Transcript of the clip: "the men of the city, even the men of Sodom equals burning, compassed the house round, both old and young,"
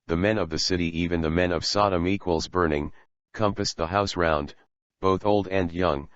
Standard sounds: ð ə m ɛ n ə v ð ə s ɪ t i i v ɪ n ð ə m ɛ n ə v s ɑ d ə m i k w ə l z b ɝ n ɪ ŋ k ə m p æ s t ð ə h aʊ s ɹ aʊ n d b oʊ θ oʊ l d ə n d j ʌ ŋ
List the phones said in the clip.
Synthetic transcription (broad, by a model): ð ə m ɛ n ə v ð ə s ɪ t i i v ɪ n ð ə m ɛ n ə v s ɑ d ə m i k w ə l z b ɝ n ɪ ŋ k ə m p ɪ s ð ə h aʊ s ɹ aʊ n d b oʊ θ oʊ l d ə n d j ʌ ŋ